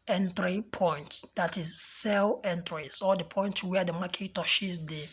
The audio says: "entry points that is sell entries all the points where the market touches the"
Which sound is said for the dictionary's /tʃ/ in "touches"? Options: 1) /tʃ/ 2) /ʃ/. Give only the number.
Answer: 2